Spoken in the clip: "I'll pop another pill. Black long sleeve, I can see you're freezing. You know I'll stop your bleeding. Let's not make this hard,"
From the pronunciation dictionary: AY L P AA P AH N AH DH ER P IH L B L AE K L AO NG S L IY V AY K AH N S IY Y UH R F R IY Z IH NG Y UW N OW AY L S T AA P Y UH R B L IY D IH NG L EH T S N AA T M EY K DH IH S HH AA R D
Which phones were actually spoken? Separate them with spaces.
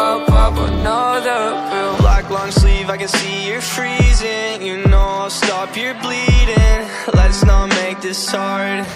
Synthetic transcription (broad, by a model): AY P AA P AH N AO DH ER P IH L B L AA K L AO NG S L IY V AY K AH N S IY Y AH R F R IY Z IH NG Y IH N OW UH S T AA P Y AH R B L IY D IH NG L EH T S N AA T M EY K DH IH S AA R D